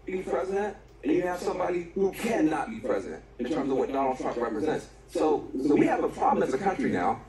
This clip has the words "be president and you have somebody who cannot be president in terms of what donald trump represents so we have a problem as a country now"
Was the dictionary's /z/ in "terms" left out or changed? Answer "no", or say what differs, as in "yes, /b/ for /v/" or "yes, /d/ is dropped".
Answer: no